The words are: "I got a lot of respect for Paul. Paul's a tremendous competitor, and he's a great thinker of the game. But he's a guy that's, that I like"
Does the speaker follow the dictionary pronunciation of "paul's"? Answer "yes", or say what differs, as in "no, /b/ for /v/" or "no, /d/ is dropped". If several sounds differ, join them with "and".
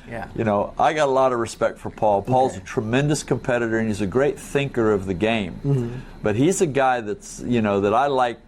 yes